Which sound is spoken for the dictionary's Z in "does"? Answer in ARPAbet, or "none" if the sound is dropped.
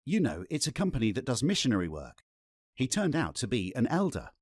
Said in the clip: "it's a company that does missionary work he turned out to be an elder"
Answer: Z